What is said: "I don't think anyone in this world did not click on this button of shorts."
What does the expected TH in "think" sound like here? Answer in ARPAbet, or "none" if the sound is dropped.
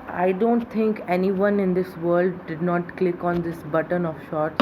T